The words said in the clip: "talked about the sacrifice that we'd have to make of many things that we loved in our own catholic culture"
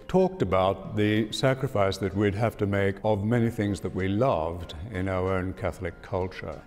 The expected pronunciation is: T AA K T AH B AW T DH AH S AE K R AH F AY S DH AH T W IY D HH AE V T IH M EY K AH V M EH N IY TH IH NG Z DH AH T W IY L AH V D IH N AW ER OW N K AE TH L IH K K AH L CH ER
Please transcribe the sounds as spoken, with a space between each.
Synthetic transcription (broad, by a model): T AA K T AH B AW T DH AH S AE K R AH F AY S DH AH T W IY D HH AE F T IH M EY K AH V M EH N IY TH IH NG Z DH AH T W IY L AH V D IH N AW ER OW N K AE TH L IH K K AH L CH ER